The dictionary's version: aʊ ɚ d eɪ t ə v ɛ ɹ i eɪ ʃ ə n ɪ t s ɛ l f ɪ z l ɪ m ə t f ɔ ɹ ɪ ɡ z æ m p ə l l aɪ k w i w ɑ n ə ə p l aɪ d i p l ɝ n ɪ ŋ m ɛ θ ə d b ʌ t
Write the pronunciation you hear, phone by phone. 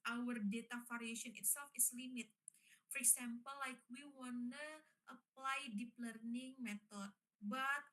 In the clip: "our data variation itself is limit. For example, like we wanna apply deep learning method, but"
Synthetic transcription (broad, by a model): aʊ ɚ d eɪ t ə f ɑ ɹ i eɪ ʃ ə n ɪ t s ɛ l f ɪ s l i m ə t f ɔ ɹ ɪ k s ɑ m p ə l l aɪ k w i w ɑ n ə ə p l aɪ d i p l ɝ n ɪ ŋ m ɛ t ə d b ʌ t